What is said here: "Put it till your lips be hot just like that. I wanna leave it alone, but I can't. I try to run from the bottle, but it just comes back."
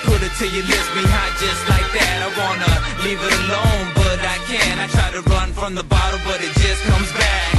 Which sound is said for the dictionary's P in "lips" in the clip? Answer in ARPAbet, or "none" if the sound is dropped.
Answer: none